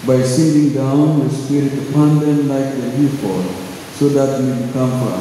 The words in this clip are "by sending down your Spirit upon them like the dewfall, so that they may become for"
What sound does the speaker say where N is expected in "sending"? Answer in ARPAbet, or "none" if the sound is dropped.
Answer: none